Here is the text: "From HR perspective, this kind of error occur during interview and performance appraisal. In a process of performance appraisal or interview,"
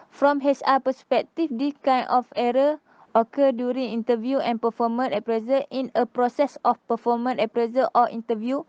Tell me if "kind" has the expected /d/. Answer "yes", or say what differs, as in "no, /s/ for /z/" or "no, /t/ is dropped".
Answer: no, /d/ is dropped